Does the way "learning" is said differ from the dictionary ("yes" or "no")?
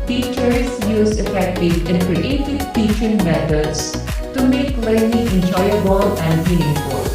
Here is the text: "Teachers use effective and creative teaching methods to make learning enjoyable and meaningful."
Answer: yes